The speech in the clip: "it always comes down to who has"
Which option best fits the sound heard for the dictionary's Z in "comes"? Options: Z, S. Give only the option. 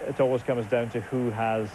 Z